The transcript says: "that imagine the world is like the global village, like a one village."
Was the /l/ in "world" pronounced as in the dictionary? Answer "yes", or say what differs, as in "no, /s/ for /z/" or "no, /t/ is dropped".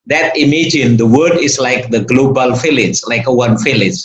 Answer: no, /l/ is dropped